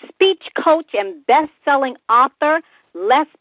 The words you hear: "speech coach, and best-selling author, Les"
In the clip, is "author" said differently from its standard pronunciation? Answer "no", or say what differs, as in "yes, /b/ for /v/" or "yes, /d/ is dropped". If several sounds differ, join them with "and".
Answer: no